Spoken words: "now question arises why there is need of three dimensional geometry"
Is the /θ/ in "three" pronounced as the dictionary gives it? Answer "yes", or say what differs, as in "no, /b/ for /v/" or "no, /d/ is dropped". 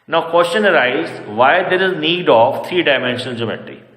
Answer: no, /t/ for /θ/